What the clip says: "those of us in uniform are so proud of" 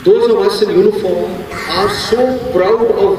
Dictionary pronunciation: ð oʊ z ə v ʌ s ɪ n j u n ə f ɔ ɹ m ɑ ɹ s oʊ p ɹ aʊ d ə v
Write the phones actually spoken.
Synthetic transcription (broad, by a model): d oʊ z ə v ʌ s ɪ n j u n ə f ɔ ɹ m ɑ ɹ s oʊ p ɹ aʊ ə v